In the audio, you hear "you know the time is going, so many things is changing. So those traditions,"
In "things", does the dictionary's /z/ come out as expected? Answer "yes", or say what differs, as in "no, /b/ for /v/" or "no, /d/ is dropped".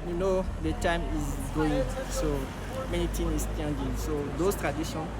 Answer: no, /z/ is dropped